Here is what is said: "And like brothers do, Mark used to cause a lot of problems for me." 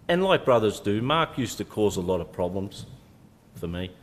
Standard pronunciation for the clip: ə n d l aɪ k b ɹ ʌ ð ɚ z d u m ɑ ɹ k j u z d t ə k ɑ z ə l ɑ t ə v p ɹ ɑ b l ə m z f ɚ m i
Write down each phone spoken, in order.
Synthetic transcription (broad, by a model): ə n l aɪ k b ɹ ʌ ð ɚ z d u m ɑ ɹ k j u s t ə k ɑ z ə l ɑ t ə v p ɹ ɑ b l ə m z f ɚ m i